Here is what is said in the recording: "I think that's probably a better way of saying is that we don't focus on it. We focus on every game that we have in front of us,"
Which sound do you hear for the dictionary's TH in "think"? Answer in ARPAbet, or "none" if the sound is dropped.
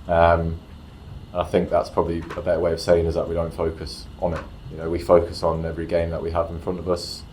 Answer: TH